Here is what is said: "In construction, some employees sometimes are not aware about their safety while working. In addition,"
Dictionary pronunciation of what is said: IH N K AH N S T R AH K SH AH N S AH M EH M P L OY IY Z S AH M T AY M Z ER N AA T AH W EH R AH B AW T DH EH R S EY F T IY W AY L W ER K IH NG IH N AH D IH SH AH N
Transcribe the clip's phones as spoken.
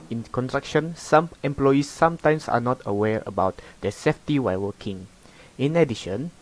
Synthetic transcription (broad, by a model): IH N K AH N T R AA K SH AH N S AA M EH M P L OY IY S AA M T AY M S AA N AA T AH W EH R AH B AW T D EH S EY F T IY W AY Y W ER K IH NG IH N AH D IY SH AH N